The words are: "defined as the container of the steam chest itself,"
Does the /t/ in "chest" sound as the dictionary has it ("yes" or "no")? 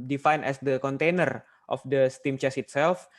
no